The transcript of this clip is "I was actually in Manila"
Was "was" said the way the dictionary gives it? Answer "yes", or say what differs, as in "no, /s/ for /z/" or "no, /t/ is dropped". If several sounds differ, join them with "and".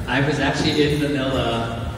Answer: yes